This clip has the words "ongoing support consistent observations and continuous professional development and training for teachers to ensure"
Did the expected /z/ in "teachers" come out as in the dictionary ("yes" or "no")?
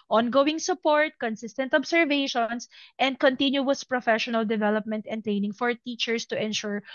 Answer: no